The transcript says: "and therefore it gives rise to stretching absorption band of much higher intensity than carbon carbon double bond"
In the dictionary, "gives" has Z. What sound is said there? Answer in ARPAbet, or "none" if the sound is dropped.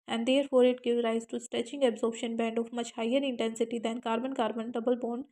none